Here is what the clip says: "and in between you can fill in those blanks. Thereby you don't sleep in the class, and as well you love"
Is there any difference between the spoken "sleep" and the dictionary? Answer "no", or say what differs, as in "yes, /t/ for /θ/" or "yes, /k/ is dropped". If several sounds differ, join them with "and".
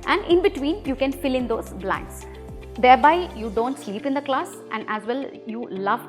no